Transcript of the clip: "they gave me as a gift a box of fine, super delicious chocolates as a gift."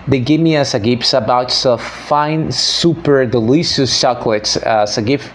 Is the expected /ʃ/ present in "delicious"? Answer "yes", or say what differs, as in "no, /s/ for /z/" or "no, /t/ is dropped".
no, /s/ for /ʃ/